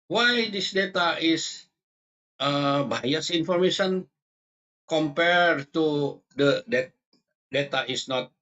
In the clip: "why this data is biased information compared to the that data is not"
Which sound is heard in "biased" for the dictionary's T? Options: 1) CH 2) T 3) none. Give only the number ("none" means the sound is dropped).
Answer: 3